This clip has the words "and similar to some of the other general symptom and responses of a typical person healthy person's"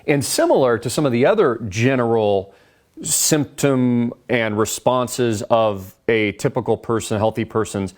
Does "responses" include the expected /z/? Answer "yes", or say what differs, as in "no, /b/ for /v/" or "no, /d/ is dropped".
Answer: yes